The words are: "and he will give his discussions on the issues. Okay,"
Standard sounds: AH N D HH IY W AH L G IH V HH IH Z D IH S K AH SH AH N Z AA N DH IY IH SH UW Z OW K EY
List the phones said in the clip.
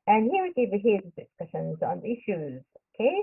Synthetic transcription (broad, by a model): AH N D HH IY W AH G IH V HH IH Z D IH S K AH SH AH N Z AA N DH IY IH SH UW Z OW K EY